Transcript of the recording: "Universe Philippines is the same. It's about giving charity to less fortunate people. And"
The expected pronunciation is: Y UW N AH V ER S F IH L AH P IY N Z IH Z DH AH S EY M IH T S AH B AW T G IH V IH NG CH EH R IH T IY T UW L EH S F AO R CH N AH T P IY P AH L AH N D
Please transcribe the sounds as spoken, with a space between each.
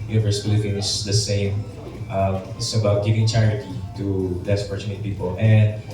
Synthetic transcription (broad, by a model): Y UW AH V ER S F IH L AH F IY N IH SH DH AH S EY M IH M S AH B AW T G IH V IH NG CH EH R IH T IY T UW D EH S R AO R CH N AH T P IY P AH L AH N D